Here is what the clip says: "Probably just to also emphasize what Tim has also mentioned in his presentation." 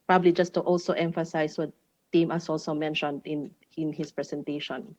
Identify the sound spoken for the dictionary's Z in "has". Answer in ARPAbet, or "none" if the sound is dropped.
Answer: S